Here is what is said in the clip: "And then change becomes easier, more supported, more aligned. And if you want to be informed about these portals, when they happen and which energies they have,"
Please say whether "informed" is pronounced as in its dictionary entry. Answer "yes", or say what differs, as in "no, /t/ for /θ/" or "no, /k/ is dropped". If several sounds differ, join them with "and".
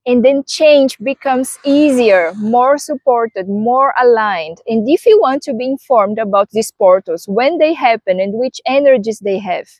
yes